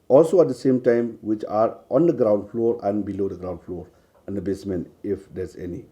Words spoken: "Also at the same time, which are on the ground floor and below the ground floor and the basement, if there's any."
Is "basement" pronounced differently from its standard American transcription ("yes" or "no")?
yes